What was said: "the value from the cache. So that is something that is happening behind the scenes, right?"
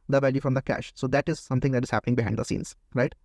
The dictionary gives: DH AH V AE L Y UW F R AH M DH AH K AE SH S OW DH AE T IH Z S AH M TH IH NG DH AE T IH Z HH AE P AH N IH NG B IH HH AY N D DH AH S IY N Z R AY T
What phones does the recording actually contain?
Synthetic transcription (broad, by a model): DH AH V AE L Y UW F R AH M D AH K AE SH S OW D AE T IH Z S AH M T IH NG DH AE T IH Z HH AE P AH N IH NG B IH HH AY D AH S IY N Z R AY T